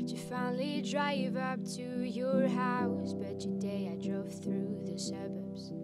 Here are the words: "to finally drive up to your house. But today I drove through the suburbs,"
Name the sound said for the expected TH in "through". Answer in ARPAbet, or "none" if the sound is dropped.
TH